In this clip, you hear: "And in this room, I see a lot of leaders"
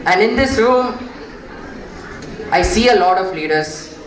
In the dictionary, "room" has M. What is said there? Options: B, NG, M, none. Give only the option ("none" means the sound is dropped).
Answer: none